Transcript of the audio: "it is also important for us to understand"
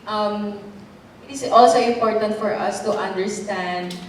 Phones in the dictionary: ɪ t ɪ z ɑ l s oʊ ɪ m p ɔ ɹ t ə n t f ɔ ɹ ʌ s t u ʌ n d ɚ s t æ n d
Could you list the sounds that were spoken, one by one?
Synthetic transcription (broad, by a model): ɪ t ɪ s ɑ l s oʊ ɪ m p ɔ ɹ t ə n t f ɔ ɹ ʌ s t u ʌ n d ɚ s t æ n d